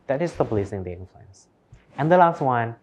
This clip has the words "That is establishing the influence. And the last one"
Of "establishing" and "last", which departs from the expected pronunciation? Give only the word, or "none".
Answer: establishing